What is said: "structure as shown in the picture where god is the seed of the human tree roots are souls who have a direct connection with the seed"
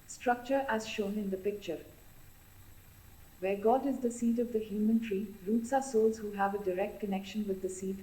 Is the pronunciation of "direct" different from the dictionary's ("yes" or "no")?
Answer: no